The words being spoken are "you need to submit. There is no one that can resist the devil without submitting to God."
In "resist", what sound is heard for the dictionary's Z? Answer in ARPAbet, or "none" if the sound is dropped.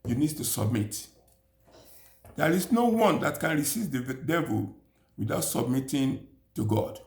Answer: S